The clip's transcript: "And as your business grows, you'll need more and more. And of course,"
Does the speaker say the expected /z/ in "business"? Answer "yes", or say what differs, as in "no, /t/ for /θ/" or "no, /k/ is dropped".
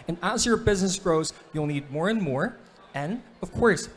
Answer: yes